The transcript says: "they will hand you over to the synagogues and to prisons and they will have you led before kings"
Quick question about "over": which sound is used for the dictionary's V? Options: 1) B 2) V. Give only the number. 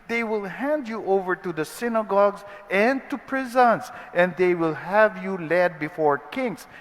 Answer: 2